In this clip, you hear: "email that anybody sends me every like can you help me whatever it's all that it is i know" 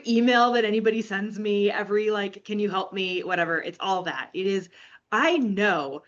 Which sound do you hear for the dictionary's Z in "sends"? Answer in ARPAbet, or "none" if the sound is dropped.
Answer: Z